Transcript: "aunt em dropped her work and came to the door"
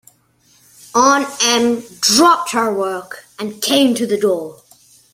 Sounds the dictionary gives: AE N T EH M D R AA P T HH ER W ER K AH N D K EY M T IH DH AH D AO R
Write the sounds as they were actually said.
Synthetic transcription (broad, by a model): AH N EH M D R AA P T HH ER W ER K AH N K EY M T IH DH AH D AO R